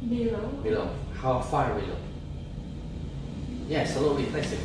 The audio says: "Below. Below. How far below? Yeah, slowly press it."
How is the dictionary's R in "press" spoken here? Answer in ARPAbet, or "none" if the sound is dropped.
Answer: L